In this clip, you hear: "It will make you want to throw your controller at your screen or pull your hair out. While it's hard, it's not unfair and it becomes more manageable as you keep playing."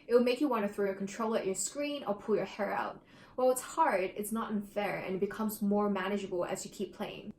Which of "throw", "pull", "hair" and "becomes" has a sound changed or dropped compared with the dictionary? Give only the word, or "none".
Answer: none